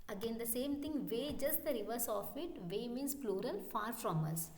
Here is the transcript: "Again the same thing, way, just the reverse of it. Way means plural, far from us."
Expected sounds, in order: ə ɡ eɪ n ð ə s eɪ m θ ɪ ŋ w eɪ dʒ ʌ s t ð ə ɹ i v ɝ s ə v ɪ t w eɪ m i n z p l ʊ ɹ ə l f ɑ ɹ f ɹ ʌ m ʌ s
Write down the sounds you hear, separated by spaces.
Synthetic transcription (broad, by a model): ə ɡ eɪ n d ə s eɪ m t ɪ ŋ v eɪ dʒ ʌ s t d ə ɹ i v ɝ s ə f ɪ t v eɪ m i n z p l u ɹ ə l f ɑ ɹ f ɹ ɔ m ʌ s